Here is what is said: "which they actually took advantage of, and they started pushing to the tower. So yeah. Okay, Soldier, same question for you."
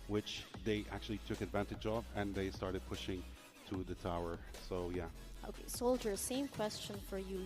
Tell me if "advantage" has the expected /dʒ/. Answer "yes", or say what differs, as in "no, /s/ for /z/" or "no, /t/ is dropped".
yes